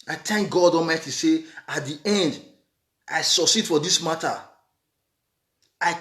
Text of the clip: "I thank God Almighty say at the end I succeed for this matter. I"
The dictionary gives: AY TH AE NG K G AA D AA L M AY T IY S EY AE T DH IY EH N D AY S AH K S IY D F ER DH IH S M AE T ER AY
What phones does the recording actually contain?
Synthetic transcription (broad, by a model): AY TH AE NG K G AA D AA M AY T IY S EY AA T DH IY EH N D AY S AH S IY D F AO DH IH S M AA T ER AY